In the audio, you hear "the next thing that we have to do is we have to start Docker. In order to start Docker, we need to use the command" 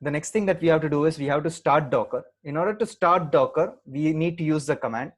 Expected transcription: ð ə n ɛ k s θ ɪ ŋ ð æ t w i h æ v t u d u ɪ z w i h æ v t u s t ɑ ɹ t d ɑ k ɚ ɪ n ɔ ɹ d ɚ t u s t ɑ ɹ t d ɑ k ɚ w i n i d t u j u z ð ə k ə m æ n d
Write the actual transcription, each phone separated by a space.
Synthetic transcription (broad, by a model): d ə n ɛ k s t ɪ ŋ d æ t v i h æ v t u d u ɪ z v i h æ v t u s t ɑ ɹ t d ɑ k ɚ ɪ n ɔ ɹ d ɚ t u s t ɑ ɹ t d ɑ k ɚ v i n i d t u j u z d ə k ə m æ n d